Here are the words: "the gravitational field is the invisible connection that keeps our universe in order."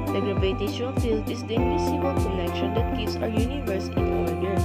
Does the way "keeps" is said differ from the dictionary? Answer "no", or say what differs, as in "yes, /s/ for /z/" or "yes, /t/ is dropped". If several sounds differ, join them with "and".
yes, /p/ is dropped